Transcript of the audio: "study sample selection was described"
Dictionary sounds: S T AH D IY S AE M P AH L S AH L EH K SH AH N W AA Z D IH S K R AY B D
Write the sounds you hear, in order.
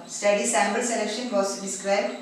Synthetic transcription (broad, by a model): S T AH D IY S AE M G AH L S AH L EH K SH AH N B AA S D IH S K R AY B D